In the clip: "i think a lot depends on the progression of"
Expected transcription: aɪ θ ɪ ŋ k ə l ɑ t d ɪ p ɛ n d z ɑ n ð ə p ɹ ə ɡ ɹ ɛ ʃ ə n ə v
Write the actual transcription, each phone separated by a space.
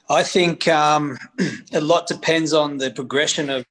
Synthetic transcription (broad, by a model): aɪ θ ɪ ŋ k ə l ɑ t d ɪ p ɛ n d z n ð ə p ɹ ə ɡ ɹ ɛ ʃ ə n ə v